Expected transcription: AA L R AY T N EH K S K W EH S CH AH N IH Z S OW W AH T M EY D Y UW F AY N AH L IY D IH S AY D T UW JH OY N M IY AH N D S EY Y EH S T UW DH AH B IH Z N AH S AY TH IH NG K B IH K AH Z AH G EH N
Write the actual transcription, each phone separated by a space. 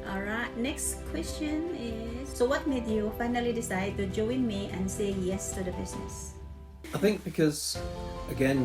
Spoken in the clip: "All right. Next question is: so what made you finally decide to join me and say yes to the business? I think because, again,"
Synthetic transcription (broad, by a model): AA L R AY T N EH K S K W EH S CH AH N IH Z S OW W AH T M EY D Y UW F AY N AH L IY D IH S AY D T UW JH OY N M IY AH N S EY Y EH S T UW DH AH B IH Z N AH S AY TH IH NG K B IH K AH Z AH G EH N